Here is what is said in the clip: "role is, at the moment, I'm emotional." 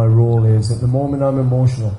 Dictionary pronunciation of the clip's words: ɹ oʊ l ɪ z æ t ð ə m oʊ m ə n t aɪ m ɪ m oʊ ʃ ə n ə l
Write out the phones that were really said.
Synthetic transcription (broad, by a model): ɹ oʊ l ɪ z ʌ t ð ə m oʊ m ə n t aɪ m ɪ m oʊ ʃ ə n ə l